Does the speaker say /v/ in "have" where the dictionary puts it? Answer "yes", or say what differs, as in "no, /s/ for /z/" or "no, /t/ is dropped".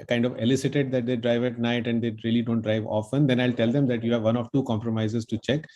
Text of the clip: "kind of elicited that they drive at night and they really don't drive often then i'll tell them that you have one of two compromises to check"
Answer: yes